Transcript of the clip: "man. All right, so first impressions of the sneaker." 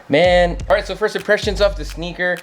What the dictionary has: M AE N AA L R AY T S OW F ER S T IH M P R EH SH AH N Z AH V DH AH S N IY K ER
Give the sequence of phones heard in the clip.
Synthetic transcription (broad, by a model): M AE N AA L R AY T S OW F ER S T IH P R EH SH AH N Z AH F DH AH S N IY K ER